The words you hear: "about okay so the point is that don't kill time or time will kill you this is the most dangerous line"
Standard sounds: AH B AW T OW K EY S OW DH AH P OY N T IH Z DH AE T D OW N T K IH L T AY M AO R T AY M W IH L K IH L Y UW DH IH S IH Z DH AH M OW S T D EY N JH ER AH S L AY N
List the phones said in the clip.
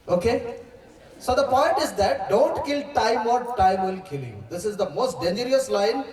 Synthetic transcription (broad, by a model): OW K EY S OW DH AH P OY N T IH Z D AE T D OW N T K IH L T AY M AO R T AY M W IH L K IH L Y UW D IH S IH Z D AH M OW S T D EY N JH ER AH S L AY N